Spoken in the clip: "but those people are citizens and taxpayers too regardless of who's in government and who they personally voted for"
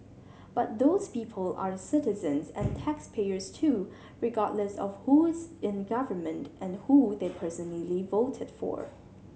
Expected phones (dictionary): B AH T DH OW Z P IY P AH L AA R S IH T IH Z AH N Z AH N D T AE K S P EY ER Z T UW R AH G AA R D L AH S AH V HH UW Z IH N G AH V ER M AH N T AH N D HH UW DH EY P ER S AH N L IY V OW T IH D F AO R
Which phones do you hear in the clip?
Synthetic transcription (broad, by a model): B AH T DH OW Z P IY P AH L AA R S IH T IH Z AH N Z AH N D T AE K S P EY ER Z T UW R AH G AA R D L AH S AH V HH UW Z IH N G AH V ER M AH N T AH N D HH UW DH EY P ER S AH N L IY V OW T IH D F AO R